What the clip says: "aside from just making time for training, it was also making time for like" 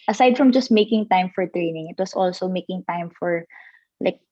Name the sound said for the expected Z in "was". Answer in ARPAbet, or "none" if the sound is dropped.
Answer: S